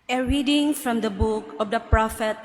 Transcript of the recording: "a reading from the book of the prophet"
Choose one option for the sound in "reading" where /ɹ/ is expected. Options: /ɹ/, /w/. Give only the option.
/ɹ/